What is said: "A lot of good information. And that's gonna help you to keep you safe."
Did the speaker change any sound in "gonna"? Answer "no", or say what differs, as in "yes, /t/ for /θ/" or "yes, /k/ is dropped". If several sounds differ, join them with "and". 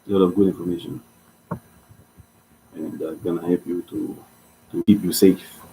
no